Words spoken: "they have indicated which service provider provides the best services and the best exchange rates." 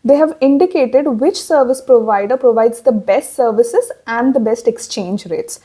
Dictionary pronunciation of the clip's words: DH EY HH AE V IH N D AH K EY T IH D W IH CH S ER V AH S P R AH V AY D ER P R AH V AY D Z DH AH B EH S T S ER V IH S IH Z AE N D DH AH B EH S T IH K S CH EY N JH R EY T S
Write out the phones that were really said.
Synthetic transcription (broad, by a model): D EY HH AE V IH N D AH K EY T IH D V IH CH S ER V AH S P R AH V AY D ER P R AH V AY D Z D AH B EH S T S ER V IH S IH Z AE N D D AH B EH S T IH K S CH EY N JH R EY T S